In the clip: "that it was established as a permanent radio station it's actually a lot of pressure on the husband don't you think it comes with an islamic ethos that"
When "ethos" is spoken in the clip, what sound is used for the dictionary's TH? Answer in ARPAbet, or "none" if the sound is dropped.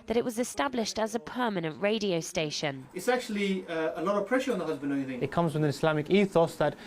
TH